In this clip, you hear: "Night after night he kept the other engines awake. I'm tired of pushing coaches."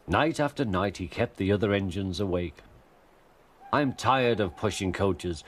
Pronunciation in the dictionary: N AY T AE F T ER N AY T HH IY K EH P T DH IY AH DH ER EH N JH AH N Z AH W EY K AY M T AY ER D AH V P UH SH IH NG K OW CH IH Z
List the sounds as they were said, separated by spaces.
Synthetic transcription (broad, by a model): N AY T AE F T ER N AY T HH IY K EH P T DH IY AH DH ER EH N JH AH N Z AH W EY K AY M T AY ER D AH V P UH SH IH NG K OW CH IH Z